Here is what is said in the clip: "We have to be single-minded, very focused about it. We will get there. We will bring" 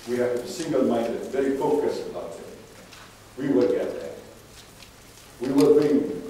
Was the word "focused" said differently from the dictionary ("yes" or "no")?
yes